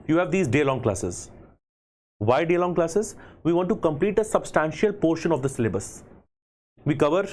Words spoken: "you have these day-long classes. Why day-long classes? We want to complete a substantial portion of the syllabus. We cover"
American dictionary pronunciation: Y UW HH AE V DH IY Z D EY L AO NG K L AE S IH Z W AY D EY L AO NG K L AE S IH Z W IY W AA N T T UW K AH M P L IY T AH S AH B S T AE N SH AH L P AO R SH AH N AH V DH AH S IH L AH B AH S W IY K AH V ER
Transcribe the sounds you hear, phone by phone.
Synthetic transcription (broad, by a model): Y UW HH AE V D IY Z D EY L AO NG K L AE S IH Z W AY D EY L AO NG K L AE S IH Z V IY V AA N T T UW K AH M P L IY T AH S AH B S T AE N SH AH L P AO R SH AH N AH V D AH S IH L AH B AH S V IY K AH V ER